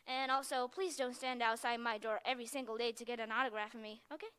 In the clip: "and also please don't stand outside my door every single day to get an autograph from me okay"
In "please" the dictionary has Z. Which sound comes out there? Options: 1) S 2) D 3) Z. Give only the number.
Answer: 3